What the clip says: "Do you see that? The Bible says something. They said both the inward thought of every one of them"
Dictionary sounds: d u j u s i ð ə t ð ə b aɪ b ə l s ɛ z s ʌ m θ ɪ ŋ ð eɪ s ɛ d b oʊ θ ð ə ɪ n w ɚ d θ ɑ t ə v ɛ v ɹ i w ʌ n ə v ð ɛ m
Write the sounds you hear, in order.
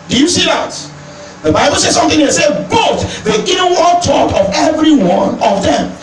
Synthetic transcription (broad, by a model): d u j u s i ð ə t ð ə b aɪ b ə l s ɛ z s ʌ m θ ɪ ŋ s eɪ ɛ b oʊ t ð ə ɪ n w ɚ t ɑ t ə v ɛ v ɹ i w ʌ n ə v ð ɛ m